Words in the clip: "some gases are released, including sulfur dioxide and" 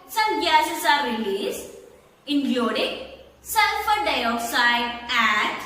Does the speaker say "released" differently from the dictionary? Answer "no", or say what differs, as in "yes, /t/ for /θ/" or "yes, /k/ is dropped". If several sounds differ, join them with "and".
yes, /t/ is dropped